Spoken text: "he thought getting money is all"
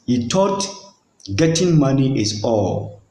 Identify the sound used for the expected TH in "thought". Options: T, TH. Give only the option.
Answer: T